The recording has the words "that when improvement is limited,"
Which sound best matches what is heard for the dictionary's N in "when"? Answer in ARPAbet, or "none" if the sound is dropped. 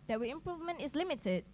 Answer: none